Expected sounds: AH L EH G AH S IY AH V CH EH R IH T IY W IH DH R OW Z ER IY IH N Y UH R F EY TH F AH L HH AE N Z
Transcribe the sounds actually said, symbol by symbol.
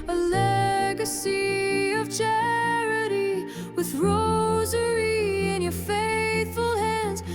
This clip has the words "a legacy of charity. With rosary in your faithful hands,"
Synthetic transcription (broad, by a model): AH L EH G AH S IY AH V CH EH R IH T IY W IH DH R OW Z ER IY IH N Y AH R F EY TH F AH L HH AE N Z